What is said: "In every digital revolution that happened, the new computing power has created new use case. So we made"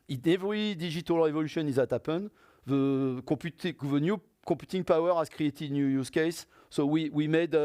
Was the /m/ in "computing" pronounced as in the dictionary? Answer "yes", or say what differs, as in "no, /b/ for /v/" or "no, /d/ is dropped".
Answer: no, /m/ is dropped